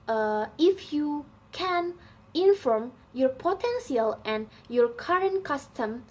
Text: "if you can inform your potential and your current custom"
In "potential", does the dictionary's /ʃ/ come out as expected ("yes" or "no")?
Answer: no